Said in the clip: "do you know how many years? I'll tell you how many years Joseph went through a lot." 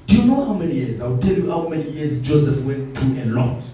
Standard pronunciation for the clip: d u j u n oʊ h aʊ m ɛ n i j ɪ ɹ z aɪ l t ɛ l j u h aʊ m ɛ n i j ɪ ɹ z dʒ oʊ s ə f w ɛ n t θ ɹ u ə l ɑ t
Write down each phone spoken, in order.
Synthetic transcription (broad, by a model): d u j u n oʊ h aʊ m ɛ n i j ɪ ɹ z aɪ w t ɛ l j u h aʊ m ɛ n i j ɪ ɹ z dʒ oʊ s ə f w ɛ n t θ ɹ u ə l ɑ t